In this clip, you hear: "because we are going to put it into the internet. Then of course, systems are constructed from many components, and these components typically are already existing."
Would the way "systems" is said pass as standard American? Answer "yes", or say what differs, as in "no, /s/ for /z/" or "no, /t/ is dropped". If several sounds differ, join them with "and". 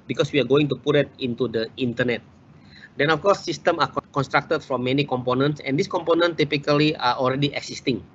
no, /z/ is dropped